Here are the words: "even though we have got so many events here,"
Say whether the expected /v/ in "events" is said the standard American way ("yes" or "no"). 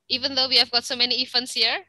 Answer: no